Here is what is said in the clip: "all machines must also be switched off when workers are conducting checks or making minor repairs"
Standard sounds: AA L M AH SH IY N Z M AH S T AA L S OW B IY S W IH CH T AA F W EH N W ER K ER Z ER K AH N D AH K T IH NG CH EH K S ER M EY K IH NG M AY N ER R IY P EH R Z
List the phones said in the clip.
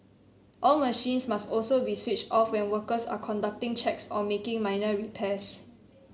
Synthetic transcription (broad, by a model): AA L M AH SH IY N S M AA S T AA L S OW B IY S W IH CH T AA F W EH N W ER K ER S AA K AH N D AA K T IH NG CH EH K S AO M EY K IH NG M AY N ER R IY P EH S